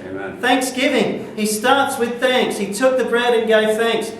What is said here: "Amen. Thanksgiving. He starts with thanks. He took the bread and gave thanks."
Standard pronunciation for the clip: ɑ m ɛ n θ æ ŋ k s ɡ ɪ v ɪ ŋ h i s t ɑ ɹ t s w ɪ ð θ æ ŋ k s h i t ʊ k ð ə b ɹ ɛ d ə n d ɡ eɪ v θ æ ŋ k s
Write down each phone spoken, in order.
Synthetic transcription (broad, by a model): θ æ ŋ k s ɡ ɪ v ɪ ŋ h i s t ɑ ɹ t s w ɪ ð θ æ ŋ k s h i t ʊ k ð ə b ɹ ɛ d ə n ɡ eɪ v θ æ ŋ k s